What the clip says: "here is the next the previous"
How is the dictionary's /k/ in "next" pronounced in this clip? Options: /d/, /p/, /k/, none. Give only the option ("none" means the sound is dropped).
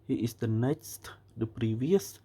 none